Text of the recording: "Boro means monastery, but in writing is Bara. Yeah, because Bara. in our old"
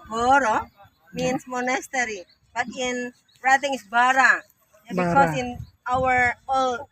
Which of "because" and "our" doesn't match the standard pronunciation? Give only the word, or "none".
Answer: because